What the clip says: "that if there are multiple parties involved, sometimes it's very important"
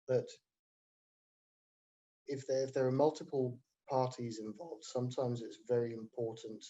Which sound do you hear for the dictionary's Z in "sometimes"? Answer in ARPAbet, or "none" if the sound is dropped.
Z